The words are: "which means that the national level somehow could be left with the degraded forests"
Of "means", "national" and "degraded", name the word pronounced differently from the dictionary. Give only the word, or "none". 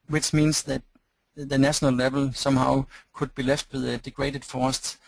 means